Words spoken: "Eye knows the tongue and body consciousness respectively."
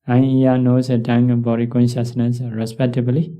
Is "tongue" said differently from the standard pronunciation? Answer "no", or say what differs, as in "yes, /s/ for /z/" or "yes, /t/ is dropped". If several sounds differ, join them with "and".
yes, /s/ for /t/